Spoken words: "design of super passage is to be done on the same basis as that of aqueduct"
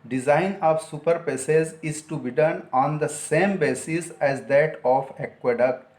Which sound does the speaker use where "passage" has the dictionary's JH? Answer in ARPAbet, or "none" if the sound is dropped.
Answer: Z